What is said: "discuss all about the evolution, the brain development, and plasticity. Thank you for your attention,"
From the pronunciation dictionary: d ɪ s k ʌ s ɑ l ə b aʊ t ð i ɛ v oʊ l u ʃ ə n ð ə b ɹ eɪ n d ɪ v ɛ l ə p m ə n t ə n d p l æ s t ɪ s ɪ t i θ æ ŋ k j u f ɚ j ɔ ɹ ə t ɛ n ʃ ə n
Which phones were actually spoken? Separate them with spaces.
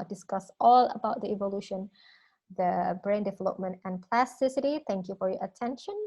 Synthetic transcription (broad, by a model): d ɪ s k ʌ s ɑ l ə b aʊ t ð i ɛ v oʊ l u ʃ ə n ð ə b ɹ eɪ n d ɪ v ɛ l ə p m ə n t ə n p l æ s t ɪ s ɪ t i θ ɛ ŋ k j u f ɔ j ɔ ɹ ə t ɛ n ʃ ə n